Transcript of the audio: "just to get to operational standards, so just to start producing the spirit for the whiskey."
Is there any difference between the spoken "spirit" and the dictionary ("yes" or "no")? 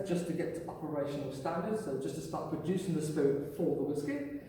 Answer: yes